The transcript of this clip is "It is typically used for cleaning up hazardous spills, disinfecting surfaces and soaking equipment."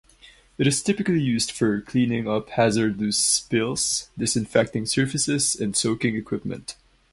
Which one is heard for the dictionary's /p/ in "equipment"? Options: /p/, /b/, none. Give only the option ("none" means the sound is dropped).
/p/